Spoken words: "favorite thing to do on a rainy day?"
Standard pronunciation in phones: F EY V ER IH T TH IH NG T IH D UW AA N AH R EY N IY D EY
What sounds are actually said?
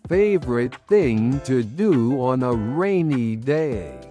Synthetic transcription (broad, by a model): F EY V ER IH T TH IH NG T IH D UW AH N AH R EY N IY D EY